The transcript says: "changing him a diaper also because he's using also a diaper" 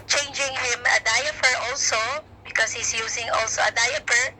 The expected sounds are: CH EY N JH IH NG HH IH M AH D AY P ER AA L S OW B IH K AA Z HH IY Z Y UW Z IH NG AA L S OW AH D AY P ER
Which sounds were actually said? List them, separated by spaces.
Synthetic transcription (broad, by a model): CH EY N JH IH NG HH IH M AH D AY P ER AA L S OW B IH K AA S HH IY S Y UW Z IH NG AA L S OW AH D AY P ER